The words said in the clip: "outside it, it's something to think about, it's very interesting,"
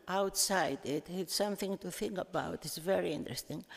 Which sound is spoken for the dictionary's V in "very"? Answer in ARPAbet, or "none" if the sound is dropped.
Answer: V